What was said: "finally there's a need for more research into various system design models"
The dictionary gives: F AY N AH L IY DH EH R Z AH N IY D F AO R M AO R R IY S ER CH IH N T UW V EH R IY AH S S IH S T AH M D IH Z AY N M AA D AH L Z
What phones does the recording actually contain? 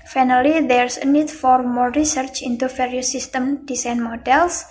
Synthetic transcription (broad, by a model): F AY N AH L IY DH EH R S AH N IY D F AO R M AO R R IY S ER CH IH N T UW F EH R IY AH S S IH S T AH M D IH S AY N M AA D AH L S